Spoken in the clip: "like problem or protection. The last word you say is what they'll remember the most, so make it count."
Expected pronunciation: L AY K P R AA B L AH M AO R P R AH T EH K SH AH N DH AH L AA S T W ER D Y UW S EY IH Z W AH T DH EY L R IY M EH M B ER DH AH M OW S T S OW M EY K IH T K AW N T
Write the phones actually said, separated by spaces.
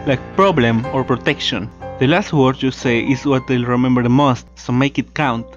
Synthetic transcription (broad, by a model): L AY K P R AA B L AH M AO R P R AH T EH K SH AH N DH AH L AA S T W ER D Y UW S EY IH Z W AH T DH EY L R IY M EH M B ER DH AH M OW S T S OW M EY K IH T K AW N T